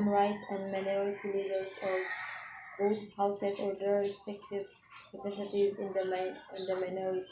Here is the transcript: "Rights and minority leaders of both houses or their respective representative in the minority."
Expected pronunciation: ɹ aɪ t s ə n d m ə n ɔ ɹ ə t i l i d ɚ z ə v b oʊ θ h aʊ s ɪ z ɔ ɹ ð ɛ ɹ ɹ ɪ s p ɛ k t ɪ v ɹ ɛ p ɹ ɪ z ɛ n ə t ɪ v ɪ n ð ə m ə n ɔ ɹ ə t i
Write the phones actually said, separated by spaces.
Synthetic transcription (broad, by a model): ɹ aɪ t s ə n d m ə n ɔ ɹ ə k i l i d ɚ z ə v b oʊ t h aʊ s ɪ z ɔ ɹ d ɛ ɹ ɹ ɪ s p ɛ k t ɪ v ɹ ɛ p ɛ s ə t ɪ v ɪ n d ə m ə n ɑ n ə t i